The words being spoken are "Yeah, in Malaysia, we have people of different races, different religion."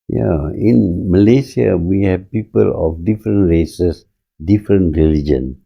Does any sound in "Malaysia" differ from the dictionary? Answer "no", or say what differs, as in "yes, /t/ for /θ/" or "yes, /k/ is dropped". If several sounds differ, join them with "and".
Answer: yes, /s/ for /ʒ/